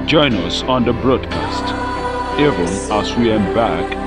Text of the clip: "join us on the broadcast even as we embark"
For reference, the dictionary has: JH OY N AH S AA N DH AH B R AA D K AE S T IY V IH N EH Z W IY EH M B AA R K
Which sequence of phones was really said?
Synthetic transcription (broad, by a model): JH OY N AH S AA N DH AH B R AA D K AE S T IY V IH N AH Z W IY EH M B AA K